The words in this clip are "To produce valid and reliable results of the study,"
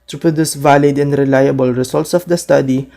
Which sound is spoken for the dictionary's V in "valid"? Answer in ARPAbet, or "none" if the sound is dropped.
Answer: V